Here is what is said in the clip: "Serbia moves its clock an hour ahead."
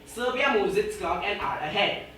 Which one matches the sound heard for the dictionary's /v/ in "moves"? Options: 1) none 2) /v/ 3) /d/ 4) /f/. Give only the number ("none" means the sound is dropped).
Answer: 1